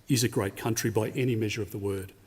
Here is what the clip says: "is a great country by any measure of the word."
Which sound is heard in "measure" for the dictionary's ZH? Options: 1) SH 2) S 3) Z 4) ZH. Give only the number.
4